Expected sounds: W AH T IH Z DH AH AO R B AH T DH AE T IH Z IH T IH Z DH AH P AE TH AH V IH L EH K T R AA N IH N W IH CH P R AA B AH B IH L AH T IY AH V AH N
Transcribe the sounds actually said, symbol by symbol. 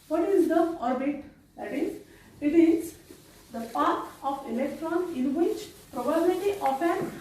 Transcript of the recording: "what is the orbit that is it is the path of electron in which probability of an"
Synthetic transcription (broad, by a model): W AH T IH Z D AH AO R B AH T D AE T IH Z IH T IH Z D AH P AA T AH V IH L EH K T R AA N IH N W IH CH P R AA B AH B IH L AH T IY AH F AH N